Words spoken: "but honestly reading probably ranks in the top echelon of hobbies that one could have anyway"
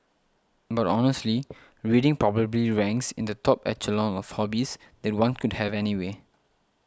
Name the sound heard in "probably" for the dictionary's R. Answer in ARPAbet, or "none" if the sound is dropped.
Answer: R